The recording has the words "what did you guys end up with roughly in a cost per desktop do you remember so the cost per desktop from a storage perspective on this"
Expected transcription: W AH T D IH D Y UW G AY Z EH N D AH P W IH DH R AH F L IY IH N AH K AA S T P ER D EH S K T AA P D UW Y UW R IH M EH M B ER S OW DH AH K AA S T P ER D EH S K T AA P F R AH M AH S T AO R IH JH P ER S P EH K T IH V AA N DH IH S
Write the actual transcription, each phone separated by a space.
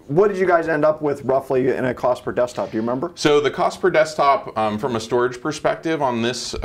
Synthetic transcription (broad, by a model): W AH T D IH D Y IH G AY Z EH N D AH P W IH DH R AH F L IY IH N AH K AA S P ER D EH S T AA P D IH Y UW R IH M EH M B ER S OW DH AH K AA S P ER D EH S T AA P F R AH M AH S T AO R IH JH P ER S P EH K T IH V N DH IH S